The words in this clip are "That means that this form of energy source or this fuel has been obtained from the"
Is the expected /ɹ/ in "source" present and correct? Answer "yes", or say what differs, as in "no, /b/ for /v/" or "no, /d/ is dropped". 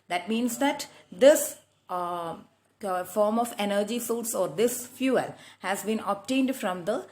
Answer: no, /l/ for /ɹ/